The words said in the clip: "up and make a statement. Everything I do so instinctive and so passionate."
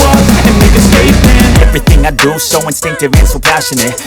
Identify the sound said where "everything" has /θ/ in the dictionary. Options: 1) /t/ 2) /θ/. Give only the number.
2